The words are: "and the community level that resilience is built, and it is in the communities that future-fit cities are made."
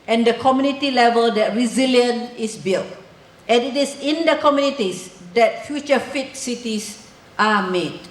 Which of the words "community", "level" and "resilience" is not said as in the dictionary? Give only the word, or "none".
resilience